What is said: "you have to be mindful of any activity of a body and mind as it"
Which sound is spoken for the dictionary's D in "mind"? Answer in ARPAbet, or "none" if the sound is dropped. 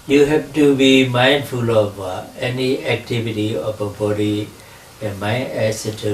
none